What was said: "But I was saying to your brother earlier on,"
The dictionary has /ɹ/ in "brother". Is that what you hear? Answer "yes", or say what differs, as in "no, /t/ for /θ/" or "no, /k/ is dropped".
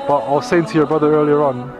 yes